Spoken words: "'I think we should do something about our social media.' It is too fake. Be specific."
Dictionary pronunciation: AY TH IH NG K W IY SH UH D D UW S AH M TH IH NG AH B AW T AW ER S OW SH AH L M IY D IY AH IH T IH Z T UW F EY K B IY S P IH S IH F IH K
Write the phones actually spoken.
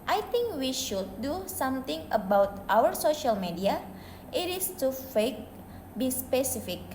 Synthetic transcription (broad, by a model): AY T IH NG K W IY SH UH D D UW S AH M T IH NG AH B AW T AW ER S OW SH AH L M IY D IY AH IH T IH S T UW F EY K B IY S P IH S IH F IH K